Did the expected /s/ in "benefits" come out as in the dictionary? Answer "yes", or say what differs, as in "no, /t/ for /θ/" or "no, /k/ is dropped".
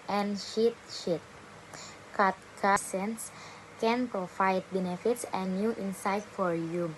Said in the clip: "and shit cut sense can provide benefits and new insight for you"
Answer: yes